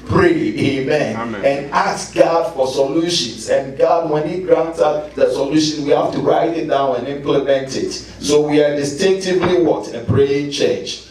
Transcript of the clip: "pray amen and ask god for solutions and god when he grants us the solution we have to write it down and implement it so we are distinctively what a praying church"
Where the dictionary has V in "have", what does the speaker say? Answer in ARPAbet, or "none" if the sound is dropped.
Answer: F